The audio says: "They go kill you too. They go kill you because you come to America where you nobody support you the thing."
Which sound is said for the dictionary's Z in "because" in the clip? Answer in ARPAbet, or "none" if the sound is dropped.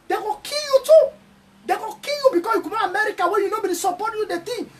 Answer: S